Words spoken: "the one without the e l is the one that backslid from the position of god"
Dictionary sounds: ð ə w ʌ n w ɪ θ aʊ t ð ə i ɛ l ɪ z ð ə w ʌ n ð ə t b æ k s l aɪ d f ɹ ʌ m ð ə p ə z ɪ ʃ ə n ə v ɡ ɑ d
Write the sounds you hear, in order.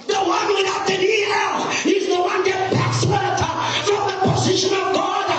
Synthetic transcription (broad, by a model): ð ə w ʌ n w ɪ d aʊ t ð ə i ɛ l ɪ z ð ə w ʌ n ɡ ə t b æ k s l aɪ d f ɹ ʌ m ð ə p ə z ɪ ʃ ə n ə v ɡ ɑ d